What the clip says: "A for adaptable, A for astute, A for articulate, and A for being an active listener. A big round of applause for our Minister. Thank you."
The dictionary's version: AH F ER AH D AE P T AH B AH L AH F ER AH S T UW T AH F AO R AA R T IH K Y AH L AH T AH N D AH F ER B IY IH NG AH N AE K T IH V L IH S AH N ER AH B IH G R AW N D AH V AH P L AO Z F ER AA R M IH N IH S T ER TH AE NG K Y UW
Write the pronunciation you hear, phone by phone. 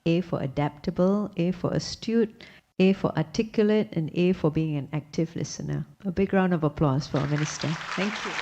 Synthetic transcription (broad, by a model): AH F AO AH D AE P T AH B AH L AH F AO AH S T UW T AH F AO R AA T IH K Y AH L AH T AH N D AH F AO B IY IH NG AH N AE K T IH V L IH S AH N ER AH B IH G R AW N D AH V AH P L AO S F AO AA M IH N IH S T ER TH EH NG K Y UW